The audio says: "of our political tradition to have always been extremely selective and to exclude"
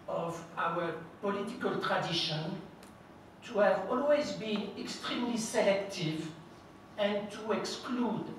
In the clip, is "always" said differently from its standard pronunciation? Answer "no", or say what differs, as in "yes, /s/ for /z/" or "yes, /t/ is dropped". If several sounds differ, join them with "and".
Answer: no